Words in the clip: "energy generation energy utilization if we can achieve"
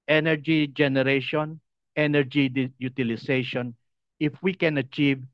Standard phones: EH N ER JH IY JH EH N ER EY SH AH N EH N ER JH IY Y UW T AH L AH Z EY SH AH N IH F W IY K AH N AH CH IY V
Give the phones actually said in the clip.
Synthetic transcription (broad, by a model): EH N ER JH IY JH EH N ER EY SH AH N EH N ER JH IY Y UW T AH L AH S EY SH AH N IH F W IY K AH N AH CH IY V